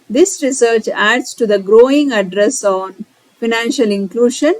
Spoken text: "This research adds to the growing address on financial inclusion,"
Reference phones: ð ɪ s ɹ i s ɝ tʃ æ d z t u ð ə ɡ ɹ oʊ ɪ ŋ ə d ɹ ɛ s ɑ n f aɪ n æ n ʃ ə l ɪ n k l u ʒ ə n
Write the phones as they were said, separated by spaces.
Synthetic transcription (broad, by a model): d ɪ s ɹ i s ɝ tʃ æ d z t u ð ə ɡ ɹ oʊ ɪ ŋ ə d ɹ ɛ s ɑ n f aɪ n æ n ʃ ə l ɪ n k l u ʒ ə n